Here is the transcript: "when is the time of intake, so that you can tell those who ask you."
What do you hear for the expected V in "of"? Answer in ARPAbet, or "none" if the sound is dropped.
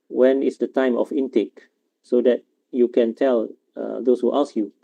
F